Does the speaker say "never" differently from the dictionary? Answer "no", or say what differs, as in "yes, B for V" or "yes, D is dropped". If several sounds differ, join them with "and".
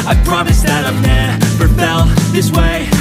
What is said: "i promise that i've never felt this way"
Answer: yes, P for V